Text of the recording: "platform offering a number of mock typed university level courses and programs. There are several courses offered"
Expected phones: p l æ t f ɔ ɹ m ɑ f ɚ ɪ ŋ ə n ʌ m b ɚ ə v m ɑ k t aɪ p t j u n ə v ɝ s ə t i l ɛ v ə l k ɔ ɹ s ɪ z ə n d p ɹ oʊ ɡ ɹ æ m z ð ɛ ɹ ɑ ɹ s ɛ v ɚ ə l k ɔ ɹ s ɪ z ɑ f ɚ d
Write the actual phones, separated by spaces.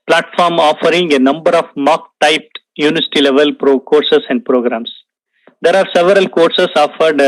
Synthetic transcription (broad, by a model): p l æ t f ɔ ɹ m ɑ f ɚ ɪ ŋ ə n ʌ m b ɚ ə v m ɑ k t aɪ p t j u n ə v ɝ s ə t i l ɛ v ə l k ɔ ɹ s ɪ s ə n d p ɹ oʊ ɡ ɹ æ m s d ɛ ɹ ɑ ɹ s ɛ v ɚ ə l k ɔ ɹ s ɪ s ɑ f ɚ d